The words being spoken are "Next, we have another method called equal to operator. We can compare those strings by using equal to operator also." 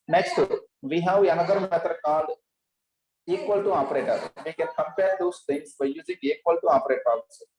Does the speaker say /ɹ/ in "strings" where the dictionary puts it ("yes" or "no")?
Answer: no